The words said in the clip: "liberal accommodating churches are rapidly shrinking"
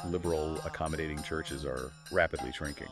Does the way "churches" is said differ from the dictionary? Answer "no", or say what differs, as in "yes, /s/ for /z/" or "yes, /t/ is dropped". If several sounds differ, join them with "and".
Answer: no